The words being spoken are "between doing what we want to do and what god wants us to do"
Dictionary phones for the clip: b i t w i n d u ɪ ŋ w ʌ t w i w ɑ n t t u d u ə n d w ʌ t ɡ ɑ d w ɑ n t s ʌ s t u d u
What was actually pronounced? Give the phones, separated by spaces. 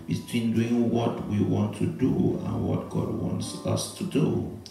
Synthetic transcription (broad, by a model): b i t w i n d u ɪ ŋ w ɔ t w i w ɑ n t t u d u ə n w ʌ t ɡ ɑ d w ɑ n t s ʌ s t u d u